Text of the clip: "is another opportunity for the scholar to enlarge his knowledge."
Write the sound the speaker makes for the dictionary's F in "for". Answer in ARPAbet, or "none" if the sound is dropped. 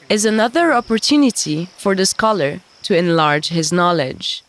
F